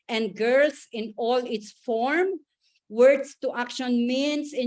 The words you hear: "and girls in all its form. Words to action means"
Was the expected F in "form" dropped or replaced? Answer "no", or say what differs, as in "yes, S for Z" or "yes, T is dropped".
no